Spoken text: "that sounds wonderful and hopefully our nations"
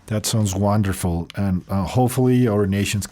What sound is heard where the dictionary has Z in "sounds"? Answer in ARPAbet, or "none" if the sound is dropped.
Z